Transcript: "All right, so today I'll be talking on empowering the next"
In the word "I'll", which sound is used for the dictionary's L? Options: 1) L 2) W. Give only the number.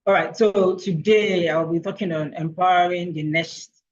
1